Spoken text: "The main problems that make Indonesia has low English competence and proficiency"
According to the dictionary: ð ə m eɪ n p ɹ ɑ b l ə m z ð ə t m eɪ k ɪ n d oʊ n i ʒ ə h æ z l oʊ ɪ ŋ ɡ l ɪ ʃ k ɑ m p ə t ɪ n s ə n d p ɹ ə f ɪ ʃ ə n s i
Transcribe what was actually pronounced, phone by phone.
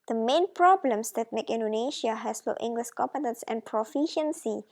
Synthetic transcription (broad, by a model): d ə m eɪ n p ɹ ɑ b l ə m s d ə t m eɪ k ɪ n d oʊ n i ʃ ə h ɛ s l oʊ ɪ ŋ ɡ l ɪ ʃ k ɑ m p ə t ɪ n s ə n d p ɹ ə f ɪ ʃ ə n s i